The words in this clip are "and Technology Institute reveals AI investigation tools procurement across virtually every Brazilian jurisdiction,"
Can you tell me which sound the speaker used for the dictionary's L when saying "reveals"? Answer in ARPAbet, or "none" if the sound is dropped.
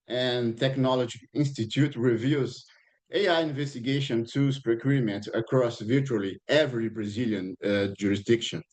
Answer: none